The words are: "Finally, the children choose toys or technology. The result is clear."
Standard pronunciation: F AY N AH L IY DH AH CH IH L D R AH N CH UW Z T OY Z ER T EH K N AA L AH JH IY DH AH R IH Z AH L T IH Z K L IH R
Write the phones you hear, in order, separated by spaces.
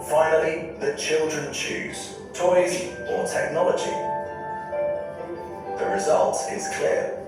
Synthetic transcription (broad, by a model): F AY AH L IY DH AH CH IH L D R AH N CH UW Z T OY Z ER T EH K N AA L AH JH IY DH AH R IH Z AH L T IH Z K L IH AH